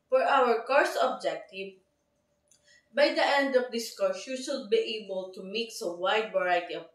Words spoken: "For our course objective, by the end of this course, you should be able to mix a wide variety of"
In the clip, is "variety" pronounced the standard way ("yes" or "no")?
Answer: no